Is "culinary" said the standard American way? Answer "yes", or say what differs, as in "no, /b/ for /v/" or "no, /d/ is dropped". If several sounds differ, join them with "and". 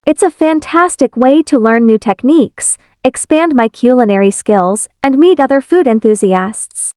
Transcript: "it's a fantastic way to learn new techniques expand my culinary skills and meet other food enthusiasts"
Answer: yes